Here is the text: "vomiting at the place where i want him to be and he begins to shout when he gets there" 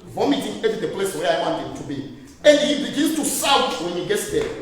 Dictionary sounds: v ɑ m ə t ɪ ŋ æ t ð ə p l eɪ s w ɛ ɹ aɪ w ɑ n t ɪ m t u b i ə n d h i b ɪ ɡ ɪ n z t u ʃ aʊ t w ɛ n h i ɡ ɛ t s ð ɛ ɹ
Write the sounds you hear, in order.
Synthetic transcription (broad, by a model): v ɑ m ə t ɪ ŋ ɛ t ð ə p l eɪ s w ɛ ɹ aɪ w ɑ n t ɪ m t u b i ə n d h i b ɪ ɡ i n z t u s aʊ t w ɛ n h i ɡ ɛ t s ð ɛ